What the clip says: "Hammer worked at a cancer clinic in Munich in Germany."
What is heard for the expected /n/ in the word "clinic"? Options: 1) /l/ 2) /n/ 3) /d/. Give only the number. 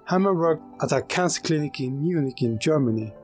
2